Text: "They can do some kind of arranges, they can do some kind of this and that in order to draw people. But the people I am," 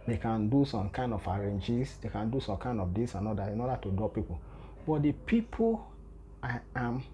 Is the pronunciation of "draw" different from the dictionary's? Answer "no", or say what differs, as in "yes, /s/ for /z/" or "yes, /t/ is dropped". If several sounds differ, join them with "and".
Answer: yes, /ɹ/ is dropped